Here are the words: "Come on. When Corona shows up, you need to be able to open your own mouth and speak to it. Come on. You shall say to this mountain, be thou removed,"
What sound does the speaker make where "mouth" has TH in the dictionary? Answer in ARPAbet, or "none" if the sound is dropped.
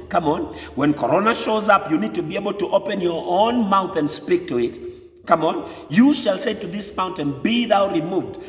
TH